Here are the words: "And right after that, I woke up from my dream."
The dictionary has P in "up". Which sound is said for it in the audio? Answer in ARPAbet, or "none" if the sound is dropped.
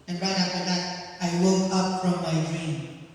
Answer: P